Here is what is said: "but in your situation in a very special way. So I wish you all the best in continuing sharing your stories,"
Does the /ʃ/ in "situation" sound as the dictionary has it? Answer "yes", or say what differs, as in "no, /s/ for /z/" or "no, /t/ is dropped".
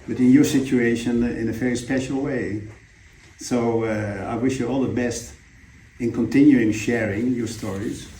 yes